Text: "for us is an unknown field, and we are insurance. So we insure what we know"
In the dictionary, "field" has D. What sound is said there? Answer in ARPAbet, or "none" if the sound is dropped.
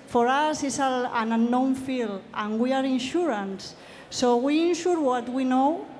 none